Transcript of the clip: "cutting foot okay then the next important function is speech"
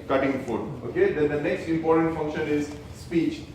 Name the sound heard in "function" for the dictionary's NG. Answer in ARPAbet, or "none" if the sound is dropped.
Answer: NG